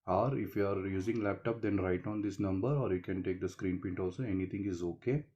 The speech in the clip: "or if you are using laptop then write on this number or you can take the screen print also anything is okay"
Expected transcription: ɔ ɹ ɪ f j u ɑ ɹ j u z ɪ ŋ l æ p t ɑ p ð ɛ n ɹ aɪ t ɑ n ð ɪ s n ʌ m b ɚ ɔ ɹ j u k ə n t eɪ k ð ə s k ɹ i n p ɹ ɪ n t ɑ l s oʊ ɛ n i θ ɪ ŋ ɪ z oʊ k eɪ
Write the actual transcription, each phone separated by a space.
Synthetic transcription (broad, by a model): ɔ ɹ ɪ f j u ɑ ɹ j u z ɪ ŋ l æ p t ɑ p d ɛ n ɹ aɪ t ɑ n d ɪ s n ʌ m b ɚ ɔ ɹ j u k ə n t eɪ k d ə s k ɹ i n p ɪ n t ɑ l s oʊ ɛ n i t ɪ ŋ ɪ z oʊ k eɪ